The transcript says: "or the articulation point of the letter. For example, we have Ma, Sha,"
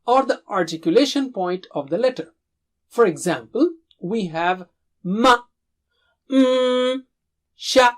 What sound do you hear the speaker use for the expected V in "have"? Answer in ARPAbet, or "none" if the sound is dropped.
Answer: V